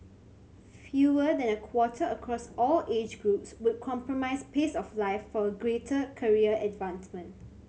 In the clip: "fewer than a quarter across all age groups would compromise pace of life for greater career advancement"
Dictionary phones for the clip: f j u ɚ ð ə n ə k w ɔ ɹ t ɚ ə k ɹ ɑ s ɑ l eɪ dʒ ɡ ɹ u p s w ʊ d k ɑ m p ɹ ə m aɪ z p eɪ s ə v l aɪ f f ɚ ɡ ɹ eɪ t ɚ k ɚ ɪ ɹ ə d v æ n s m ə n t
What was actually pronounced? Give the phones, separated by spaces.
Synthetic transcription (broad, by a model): f j u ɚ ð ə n ə k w ɔ t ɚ ə k ɹ ɑ s ɑ l eɪ dʒ ɡ ɹ u p s w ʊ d k ɑ m p ɹ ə m aɪ s p eɪ s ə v l aɪ f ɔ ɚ ɡ ɹ eɪ t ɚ k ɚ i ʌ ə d v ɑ n s m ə n t